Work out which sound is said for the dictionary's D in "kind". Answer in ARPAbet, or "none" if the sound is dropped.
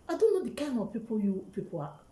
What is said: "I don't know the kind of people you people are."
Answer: none